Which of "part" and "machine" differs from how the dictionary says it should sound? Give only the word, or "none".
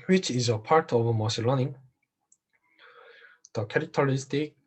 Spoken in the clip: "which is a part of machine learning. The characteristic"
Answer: machine